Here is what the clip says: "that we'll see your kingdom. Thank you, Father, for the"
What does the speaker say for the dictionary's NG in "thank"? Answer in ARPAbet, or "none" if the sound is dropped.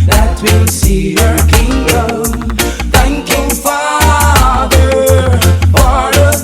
NG